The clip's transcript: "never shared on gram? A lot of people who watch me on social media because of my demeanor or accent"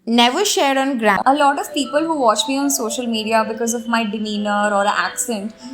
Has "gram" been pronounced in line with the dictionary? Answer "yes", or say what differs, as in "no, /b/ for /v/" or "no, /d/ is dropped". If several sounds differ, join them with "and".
no, /m/ is dropped